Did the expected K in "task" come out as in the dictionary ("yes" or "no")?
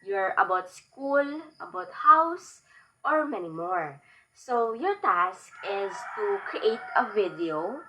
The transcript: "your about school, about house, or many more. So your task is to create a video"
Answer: yes